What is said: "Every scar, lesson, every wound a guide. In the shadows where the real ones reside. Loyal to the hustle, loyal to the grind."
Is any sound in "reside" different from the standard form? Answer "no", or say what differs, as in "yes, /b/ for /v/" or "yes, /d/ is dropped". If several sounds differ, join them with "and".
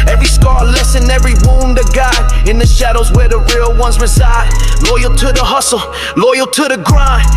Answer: no